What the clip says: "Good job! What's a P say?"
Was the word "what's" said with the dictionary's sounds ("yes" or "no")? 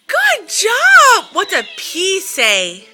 no